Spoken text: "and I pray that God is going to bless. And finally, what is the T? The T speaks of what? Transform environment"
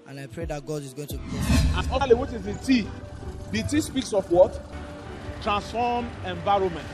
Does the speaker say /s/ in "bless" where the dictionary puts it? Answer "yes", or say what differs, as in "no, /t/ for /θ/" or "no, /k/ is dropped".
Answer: no, /s/ is dropped